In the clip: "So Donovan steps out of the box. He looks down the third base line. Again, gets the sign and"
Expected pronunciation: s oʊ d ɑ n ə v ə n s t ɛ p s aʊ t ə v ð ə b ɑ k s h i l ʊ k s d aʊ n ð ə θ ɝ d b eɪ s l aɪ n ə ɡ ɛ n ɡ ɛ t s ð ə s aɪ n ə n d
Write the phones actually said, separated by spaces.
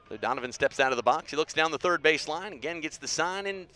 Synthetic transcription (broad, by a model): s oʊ d ɑ n ə v ə n s t ɛ p s aʊ t ə v ð ə b ɑ k s h i l ʊ k s d aʊ n ð ə θ ɝ d b eɪ s l aɪ n ə ɡ ɛ n ɡ ɛ t s ð ə s aɪ n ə n